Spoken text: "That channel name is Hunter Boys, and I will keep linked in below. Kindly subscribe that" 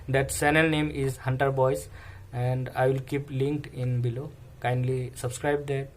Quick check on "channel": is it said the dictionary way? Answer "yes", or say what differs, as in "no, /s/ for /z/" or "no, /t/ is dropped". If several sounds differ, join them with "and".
no, /s/ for /tʃ/